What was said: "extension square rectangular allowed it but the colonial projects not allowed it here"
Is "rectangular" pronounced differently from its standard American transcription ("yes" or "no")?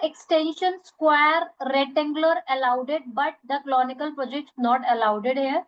yes